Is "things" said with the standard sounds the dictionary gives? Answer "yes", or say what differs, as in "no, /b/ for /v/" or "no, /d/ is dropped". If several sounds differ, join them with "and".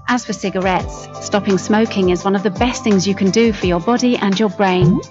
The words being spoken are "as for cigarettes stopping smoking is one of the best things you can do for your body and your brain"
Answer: yes